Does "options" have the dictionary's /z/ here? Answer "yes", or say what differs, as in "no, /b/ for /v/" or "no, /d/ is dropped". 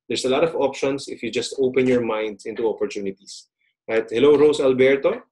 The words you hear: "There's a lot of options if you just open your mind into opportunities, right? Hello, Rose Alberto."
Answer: no, /s/ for /z/